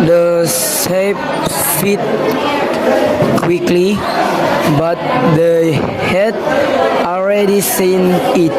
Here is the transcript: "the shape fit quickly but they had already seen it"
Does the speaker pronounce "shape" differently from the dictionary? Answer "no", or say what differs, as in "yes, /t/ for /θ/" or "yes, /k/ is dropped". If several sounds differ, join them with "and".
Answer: yes, /s/ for /ʃ/